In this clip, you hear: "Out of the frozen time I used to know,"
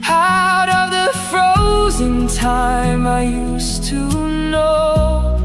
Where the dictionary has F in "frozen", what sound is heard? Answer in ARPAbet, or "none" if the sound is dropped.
F